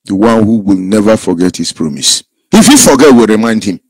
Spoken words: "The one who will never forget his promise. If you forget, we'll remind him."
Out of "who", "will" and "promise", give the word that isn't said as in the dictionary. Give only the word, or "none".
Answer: none